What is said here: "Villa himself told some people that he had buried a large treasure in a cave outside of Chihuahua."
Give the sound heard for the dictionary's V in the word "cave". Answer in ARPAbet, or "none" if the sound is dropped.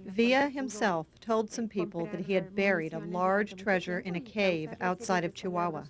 V